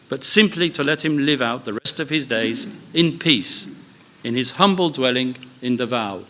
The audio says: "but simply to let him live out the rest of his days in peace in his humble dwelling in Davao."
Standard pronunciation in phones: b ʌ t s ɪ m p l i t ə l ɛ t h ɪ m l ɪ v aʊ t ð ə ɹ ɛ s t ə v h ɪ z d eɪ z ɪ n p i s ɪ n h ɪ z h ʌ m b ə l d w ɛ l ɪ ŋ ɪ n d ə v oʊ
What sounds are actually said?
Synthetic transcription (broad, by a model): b ʌ t s ɪ m p l i t ə l ɛ t h ɪ m l ɪ v aʊ t ð ə ɹ ɛ s t ə v ɪ z d eɪ z ɪ n p i s ɪ n ɪ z h ʌ m b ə l d w ɛ l ɪ ŋ ɪ n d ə v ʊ